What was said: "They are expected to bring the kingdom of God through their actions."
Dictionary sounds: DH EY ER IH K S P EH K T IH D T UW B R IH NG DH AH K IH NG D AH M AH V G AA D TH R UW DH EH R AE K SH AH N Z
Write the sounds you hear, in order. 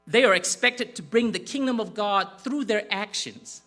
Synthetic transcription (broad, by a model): DH EY ER IH K S P EH K T IH D T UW B R IH NG DH AH K IH NG D AH M AH V G AA D TH R UW DH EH R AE K SH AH N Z